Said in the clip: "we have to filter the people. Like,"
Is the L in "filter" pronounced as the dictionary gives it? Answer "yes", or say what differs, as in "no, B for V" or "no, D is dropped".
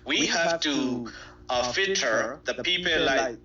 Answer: no, L is dropped